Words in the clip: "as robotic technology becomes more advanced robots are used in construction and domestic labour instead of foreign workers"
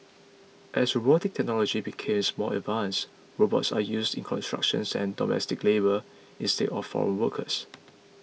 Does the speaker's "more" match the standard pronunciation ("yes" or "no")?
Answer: no